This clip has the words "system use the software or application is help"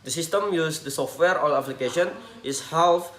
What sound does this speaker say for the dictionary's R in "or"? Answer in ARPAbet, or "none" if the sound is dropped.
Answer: L